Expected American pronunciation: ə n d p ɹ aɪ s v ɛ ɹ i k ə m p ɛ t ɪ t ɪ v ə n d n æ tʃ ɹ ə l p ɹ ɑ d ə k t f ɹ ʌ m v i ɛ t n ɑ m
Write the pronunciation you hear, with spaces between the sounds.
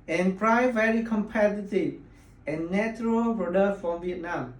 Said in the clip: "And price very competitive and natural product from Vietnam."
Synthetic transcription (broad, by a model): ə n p ɹ aɪ v ɛ ɹ i k ə m p ɛ t ɪ t ɪ v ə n n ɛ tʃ ɹ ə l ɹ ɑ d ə f ɹ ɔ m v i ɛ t n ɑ m